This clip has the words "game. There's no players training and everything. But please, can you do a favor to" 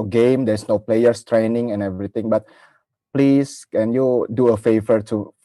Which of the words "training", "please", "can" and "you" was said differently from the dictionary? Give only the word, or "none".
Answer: please